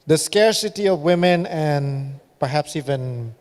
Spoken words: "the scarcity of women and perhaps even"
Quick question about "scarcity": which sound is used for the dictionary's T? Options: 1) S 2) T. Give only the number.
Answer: 2